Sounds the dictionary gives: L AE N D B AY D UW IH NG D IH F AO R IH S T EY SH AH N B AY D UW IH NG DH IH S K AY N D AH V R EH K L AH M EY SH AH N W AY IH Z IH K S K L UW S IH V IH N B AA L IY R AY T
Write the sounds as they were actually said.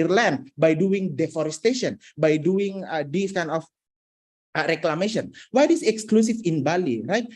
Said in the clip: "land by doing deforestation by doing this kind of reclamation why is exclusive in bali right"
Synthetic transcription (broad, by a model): L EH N B AY D UW IH NG D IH F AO R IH S T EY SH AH N B AY D UW IH NG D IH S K AY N AH F R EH K L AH M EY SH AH N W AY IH S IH K S K L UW S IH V IH N B AA L IY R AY T